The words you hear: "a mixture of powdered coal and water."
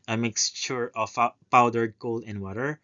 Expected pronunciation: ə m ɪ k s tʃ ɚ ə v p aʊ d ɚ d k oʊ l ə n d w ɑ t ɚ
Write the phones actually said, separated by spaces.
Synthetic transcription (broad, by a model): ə m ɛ k s ʃ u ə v p aʊ d ɚ d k oʊ l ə n w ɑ t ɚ